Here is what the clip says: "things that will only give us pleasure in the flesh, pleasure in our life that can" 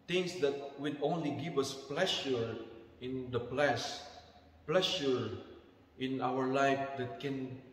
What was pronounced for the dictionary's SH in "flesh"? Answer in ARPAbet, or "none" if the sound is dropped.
S